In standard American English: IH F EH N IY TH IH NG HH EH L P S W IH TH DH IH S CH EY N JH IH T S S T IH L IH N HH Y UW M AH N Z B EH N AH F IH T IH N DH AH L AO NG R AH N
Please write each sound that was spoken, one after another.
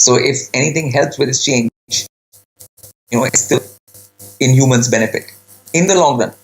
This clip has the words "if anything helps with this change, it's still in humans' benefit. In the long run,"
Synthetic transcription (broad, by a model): IH F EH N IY T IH NG HH EH L P S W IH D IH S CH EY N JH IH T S S T IH L IH N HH Y UW M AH N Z B EH N AH F IH T IH N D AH L AO NG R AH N